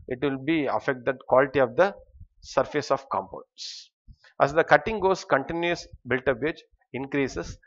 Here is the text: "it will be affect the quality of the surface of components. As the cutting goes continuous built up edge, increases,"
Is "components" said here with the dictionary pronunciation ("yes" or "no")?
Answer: no